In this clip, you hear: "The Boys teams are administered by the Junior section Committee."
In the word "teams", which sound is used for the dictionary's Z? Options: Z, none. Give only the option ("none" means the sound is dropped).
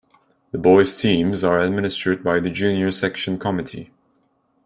Z